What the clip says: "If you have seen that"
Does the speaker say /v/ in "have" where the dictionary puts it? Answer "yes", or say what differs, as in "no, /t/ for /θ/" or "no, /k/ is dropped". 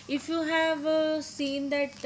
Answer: yes